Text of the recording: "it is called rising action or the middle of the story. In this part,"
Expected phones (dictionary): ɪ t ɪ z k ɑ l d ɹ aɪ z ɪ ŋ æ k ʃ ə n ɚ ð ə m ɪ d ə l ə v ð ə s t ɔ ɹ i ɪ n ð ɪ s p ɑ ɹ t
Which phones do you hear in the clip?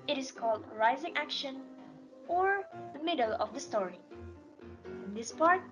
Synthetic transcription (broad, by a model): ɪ t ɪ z k ɑ l d ɹ aɪ z ɪ ŋ æ k ʃ ə n ɚ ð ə m ɪ d ə l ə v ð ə s t ɔ ɹ i ɪ n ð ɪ s p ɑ ɹ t